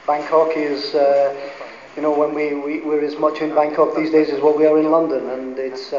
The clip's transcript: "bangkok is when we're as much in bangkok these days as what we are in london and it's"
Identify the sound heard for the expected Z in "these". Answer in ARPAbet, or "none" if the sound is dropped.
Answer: Z